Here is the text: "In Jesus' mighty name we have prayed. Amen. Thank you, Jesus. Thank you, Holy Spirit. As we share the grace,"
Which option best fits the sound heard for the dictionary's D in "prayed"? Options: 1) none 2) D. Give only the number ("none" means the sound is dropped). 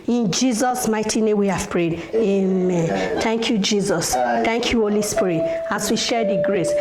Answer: 2